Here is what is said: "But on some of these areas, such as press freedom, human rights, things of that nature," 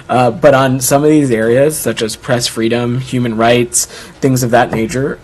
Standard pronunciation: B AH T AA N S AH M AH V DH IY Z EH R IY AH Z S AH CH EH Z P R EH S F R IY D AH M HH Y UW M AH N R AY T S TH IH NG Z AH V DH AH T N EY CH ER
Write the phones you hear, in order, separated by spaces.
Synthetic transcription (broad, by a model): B AH T N S AH M AH V DH IY Z EH R IY AH Z S AH CH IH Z P R EH S F R IY D AH M HH Y UW M AH N R AY T S TH IH NG Z AH V DH AH T N EY CH ER